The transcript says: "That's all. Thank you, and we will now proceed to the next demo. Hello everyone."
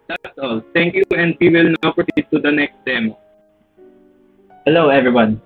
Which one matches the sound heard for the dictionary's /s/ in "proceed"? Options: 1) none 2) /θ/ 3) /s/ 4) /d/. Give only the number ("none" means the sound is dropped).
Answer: 1